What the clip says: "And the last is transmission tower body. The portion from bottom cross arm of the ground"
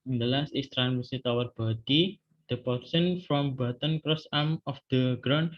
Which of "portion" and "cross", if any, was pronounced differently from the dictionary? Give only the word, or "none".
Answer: portion